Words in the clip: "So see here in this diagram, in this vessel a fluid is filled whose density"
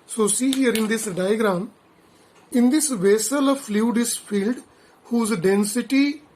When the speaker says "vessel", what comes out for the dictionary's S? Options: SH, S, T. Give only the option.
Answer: S